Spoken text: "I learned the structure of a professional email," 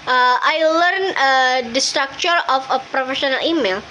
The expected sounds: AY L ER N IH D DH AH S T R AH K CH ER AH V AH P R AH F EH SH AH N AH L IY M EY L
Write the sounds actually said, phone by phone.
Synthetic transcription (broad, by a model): AY L ER N IH D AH S T R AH K CH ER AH F AH P R AH F EH SH AH N AH L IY M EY L